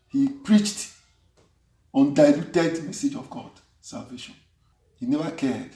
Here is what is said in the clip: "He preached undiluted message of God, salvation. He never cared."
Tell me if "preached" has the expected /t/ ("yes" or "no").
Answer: yes